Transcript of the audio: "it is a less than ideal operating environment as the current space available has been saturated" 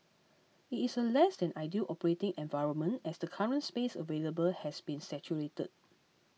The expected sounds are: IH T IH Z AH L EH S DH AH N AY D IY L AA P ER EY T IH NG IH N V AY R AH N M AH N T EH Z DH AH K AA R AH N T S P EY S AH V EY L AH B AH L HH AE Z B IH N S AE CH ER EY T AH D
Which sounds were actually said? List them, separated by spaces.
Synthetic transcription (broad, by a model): IH T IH S AH L EH S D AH N AY D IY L AA P ER EY T IH NG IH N V AY R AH N M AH N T EH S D AH K AA R AH N T S P EY S AH V EY L AH B AH L HH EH S B IH N S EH CH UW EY T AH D